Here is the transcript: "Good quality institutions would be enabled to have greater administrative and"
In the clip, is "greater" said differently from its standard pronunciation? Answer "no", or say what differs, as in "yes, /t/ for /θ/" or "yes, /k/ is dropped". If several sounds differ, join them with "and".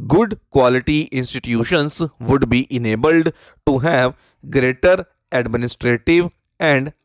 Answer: no